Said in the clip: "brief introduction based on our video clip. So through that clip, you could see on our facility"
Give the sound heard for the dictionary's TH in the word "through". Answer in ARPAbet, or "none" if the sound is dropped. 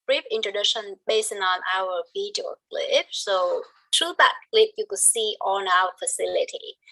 T